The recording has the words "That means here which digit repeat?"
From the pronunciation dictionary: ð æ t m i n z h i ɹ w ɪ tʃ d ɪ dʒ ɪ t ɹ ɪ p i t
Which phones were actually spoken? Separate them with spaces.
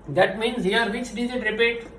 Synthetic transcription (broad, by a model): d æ t m i n z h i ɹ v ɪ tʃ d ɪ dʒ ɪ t ɹ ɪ p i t